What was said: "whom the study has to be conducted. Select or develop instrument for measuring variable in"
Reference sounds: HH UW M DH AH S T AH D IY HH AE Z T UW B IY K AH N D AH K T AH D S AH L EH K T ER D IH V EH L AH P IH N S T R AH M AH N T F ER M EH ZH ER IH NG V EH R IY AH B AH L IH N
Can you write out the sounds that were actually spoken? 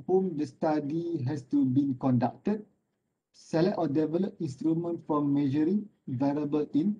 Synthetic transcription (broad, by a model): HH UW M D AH S T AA D IY HH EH S T UW B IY K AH N D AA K T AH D S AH L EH T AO D IH V EH L AH P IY N S T R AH M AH N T F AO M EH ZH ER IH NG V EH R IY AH B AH L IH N